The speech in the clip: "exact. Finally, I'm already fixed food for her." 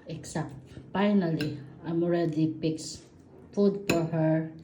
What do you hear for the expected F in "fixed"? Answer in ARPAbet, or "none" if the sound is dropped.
P